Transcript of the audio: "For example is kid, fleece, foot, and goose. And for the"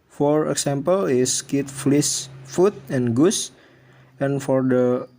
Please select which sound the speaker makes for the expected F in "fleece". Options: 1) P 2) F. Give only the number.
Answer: 2